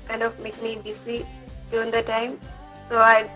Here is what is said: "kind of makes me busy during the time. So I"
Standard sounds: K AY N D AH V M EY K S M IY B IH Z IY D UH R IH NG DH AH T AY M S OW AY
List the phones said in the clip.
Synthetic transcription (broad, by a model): K AY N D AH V M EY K M IY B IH S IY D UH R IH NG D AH T AY M S OW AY